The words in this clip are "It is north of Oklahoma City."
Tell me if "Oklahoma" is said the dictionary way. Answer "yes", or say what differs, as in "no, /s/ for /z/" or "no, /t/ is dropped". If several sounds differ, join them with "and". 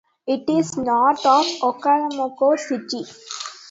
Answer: no, /l/ is dropped